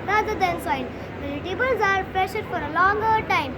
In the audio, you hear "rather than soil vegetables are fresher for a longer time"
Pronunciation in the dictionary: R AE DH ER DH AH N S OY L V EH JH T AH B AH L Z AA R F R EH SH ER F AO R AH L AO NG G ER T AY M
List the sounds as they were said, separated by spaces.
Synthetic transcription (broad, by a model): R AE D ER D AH N S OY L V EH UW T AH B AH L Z AA R P R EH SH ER F AO R AH L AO NG G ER T AY M